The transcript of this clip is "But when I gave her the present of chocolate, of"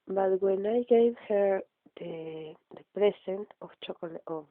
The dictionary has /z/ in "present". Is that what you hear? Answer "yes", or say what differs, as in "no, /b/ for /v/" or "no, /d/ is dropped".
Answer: no, /s/ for /z/